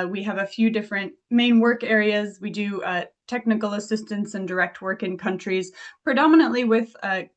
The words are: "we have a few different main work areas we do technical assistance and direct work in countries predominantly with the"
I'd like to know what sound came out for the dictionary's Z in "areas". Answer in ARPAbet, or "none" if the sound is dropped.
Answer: Z